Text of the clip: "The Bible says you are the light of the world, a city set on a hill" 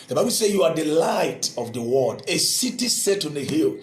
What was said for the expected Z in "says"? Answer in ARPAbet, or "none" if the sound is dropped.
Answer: none